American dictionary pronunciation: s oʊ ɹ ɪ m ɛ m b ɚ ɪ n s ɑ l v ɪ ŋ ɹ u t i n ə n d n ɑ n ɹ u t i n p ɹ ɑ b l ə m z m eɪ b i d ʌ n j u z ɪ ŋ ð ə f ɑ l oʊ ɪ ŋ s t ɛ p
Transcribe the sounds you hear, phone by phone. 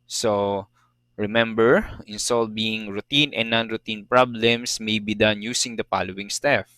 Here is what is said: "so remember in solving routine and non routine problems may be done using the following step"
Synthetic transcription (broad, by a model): s oʊ ɹ ɪ m ɛ m b ɚ ɪ n s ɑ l b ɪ ŋ ɹ u t i n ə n n ɑ n ɹ u t i n p ɹ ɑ b l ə m s m eɪ b i d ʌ n j u s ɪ ŋ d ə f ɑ l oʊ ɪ ŋ s t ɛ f